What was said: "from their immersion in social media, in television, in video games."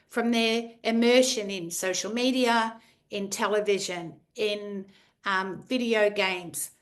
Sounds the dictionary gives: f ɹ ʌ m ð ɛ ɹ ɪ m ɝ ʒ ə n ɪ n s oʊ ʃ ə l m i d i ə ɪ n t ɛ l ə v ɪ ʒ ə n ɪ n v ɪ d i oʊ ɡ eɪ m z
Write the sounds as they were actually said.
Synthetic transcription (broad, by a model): f ɹ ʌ m ð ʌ ɹ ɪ m ɝ ʃ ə n ɪ n s oʊ ʃ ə l m i d i ə ɪ n t ɛ l ə v ɪ ʒ ə n ɪ n v ɪ d i oʊ ɡ eɪ m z